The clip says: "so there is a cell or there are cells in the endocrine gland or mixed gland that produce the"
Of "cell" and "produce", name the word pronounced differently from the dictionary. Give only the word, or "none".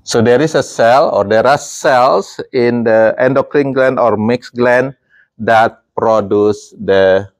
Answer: none